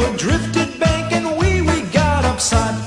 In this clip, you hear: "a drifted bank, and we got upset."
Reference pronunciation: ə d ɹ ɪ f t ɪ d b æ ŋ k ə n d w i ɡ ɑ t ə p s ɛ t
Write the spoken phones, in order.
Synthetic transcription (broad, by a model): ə d ɹ ɪ f t ɪ d b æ k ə n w w i ɡ ɑ t ə p s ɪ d